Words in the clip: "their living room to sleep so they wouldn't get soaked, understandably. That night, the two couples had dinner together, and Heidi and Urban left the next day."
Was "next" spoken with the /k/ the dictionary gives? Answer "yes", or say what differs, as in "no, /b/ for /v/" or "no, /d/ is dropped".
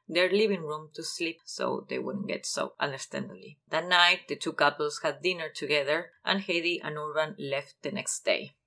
yes